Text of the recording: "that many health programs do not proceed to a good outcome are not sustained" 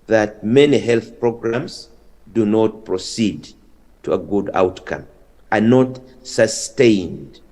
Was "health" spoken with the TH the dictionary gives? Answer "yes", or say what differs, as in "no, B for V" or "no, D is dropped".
yes